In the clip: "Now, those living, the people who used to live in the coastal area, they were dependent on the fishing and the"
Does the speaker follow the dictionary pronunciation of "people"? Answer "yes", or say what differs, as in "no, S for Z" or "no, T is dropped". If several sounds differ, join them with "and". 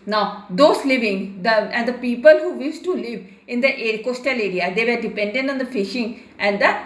yes